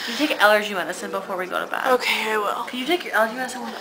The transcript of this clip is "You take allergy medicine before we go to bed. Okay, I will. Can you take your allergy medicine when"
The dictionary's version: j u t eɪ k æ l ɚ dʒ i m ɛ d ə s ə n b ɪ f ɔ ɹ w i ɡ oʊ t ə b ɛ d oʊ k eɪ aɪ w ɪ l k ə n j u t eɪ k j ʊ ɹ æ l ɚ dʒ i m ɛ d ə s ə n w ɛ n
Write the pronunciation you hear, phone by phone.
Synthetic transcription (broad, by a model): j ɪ t eɪ k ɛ l ɚ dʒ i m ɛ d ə s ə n b ɪ f ɔ ɹ w i ɡ oʊ t ə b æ oʊ k eɪ aɪ w ɪ l k ə n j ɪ t eɪ k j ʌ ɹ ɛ l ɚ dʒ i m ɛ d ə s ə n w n